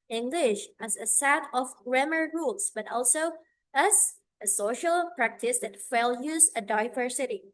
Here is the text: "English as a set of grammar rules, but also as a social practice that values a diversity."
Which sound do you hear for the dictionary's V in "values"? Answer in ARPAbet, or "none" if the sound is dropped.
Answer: F